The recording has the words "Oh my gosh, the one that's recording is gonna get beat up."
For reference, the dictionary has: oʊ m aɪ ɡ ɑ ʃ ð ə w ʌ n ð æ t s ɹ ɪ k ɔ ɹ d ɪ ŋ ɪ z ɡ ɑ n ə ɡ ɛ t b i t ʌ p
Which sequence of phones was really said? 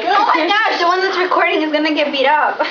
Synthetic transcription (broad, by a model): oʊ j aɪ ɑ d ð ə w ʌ n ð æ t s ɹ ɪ k ɔ ɹ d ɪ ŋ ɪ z ɡ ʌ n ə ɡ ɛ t b i t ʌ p